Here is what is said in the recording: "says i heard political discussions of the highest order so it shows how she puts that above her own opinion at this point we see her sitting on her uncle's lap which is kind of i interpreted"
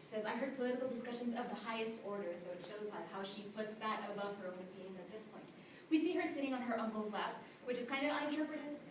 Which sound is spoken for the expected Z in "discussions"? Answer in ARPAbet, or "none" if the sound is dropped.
Z